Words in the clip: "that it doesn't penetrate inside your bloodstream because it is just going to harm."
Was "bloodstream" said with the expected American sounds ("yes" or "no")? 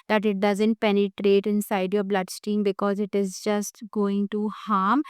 no